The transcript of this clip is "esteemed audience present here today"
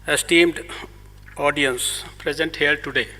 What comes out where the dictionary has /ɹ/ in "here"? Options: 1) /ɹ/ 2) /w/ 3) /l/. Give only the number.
3